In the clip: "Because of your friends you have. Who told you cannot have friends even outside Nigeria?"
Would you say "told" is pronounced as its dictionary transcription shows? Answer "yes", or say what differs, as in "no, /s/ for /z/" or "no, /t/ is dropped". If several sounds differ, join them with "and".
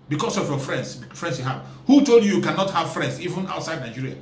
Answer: yes